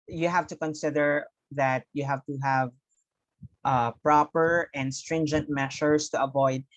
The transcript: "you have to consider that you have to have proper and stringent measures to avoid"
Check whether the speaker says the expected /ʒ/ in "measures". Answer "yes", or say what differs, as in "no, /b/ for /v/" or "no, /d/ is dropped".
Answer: no, /ʃ/ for /ʒ/